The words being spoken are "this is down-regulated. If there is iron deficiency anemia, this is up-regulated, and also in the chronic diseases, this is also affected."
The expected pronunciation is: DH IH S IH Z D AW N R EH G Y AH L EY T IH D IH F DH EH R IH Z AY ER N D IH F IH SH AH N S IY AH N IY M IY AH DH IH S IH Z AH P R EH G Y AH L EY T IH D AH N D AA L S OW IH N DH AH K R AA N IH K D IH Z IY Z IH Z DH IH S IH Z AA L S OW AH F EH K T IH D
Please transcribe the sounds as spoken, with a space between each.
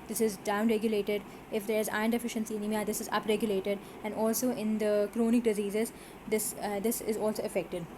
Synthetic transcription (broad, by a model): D IH S IH Z D AW N R EH G Y AH L EY T IH D IH F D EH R IH Z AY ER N D IH F IH SH AH N S IY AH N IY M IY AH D IH S IH Z AH P R EH G Y AH L EY T IH D AH N D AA L S OW IH N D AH K R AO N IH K D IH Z IY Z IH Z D IH S IH Z AA L S OW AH F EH K T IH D